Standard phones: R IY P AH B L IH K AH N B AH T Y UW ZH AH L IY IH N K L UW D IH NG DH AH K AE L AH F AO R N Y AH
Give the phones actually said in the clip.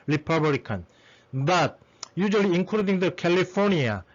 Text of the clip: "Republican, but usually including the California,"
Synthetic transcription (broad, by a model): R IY P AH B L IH K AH N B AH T Y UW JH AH L IY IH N K UW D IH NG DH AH K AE L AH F AO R N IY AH